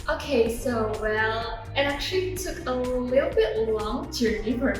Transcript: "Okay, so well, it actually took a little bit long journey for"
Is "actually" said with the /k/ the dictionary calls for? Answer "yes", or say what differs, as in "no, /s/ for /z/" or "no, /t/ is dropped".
yes